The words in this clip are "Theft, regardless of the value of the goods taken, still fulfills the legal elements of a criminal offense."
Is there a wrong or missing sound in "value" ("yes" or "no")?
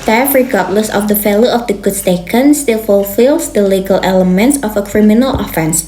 yes